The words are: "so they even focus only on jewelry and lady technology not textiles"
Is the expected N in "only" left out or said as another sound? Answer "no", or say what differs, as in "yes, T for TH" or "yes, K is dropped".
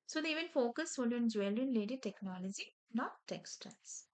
yes, N is dropped